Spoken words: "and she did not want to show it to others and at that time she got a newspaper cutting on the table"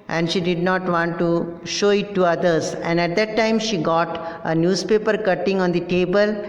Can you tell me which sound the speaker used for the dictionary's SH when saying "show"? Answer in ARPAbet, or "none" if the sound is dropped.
SH